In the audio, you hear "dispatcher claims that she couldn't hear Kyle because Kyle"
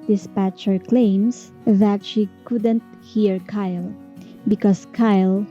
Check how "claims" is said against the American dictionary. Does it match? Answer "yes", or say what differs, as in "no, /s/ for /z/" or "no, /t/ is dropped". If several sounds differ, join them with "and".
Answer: no, /s/ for /z/